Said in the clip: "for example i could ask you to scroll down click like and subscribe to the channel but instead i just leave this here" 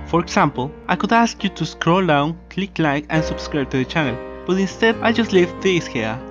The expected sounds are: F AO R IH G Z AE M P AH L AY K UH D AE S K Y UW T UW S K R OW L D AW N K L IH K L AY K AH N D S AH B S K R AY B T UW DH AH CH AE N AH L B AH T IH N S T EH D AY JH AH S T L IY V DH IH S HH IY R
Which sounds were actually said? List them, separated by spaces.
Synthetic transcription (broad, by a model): F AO R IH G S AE M P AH L AY K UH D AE S K Y UW T UW S K R OW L D AW N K L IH K L AY K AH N S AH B S K R AY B T UW DH AH CH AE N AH L B AH T IH N S T EH D AY JH AH S T L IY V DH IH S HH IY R